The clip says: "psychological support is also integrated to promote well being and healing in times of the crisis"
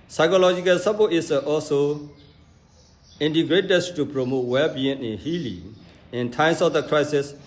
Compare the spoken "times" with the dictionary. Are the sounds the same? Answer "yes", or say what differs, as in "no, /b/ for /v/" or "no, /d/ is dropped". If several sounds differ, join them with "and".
no, /s/ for /z/